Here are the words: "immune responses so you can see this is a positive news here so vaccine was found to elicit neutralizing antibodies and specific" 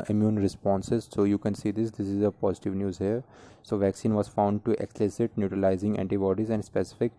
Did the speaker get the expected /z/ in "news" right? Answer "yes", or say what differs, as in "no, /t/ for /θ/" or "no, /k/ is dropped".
yes